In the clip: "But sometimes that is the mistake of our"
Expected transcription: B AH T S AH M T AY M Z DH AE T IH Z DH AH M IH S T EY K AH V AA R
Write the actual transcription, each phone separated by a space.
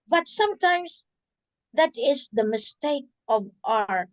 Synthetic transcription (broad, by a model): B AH T S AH M T AY M S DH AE T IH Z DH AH M IH S T EY K AH V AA R